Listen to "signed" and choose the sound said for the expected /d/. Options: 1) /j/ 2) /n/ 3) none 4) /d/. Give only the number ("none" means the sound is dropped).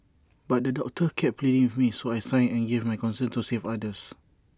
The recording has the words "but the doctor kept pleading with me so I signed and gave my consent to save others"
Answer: 3